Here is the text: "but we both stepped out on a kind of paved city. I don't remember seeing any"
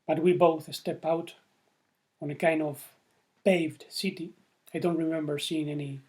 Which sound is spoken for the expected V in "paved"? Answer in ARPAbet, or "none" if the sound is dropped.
V